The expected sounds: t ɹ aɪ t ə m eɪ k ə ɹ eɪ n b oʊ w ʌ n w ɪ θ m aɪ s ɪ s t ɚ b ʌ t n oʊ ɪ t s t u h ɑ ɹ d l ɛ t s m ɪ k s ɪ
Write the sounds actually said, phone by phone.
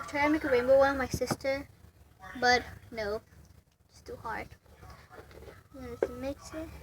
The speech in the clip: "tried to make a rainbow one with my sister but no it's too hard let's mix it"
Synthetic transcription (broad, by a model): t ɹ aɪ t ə m eɪ k ə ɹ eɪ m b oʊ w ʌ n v m aɪ s ɪ s t ɚ b ʌ t n oʊ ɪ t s t u h ɑ ɹ d n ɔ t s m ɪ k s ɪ